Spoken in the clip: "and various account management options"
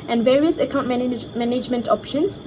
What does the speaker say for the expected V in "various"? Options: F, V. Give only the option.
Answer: V